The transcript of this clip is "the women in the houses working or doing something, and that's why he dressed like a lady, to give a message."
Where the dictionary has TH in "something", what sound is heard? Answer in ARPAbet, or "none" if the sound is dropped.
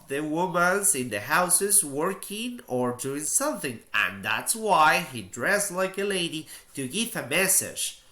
TH